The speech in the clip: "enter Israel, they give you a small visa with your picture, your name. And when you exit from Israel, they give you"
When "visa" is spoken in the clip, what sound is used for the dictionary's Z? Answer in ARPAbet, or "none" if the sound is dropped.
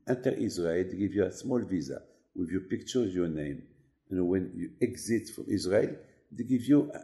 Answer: Z